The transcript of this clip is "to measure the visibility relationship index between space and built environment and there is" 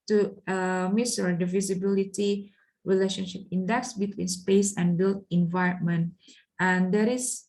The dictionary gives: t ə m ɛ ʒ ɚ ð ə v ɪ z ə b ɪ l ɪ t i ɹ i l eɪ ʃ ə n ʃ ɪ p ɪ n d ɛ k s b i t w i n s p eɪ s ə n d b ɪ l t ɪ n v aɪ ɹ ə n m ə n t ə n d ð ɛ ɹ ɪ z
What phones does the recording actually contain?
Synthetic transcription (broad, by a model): t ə m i s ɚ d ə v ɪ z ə b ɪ l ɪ t i ɹ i l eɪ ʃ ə n ʃ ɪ p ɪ n d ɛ k s b i t w i n s p eɪ s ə n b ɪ l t ɪ n v aɪ ɹ ə n m ə n t ə n d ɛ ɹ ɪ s